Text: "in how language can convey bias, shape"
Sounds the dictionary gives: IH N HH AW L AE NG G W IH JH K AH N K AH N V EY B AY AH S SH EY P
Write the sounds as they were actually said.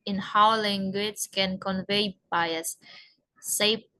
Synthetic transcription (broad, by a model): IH N HH AW L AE NG G W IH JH K AH N K AH N V EY B AY AH S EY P